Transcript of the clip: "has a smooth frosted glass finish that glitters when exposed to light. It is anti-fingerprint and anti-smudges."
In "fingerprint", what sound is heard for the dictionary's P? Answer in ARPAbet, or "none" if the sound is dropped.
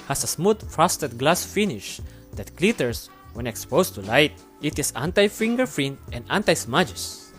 F